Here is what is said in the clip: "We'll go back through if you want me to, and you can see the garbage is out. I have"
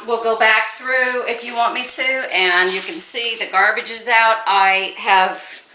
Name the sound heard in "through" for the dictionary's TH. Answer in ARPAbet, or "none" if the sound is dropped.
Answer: TH